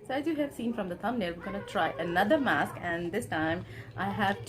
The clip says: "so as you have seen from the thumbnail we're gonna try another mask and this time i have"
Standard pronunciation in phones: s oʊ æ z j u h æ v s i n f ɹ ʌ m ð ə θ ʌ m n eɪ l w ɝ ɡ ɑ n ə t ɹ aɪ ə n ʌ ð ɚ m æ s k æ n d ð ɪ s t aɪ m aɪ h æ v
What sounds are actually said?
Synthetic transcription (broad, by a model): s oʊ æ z j u h æ v s i n f ɹ ʌ m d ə t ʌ m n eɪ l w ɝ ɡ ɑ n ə t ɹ aɪ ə n ʌ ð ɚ m æ s k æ n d ɪ s t aɪ m aɪ h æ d